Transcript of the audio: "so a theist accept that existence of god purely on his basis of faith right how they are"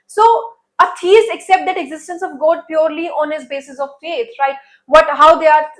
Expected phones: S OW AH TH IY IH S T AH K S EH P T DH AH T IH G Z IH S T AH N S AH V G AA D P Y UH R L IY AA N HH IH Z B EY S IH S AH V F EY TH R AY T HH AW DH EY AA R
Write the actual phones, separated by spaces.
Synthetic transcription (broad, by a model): S OW AH T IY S AH K S EH P T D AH T IH G Z IH S T AH N S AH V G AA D P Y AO R L IY AA N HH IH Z B EY S IH S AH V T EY S R AY T HH AW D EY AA R